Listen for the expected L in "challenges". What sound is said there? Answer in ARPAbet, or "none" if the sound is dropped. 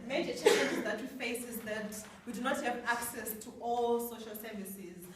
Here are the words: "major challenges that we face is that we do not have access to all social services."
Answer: none